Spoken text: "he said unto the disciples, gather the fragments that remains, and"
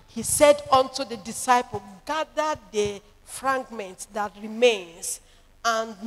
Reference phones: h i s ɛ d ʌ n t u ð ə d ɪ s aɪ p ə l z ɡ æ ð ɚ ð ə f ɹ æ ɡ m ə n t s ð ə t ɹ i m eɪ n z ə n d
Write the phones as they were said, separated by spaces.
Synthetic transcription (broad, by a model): h i s ɛ d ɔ n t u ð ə d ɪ s aɪ p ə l ɡ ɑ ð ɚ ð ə f ɹ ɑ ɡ m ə n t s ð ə t ɹ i m eɪ n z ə n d